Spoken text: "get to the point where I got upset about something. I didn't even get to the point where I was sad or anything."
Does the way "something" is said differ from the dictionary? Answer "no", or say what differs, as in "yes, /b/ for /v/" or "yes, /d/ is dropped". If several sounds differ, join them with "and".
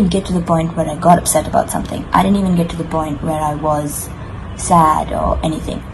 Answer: no